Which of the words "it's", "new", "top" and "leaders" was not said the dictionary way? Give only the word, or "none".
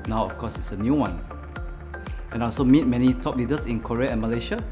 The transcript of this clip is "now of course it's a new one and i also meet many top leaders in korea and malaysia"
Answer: leaders